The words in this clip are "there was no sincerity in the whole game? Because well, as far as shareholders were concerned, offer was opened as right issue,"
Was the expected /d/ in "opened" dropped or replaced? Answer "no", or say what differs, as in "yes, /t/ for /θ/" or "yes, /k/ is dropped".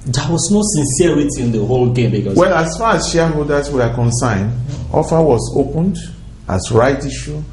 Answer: no